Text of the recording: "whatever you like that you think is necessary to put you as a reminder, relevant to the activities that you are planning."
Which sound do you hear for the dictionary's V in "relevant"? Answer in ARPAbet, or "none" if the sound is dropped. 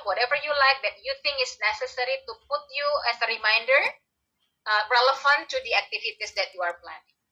F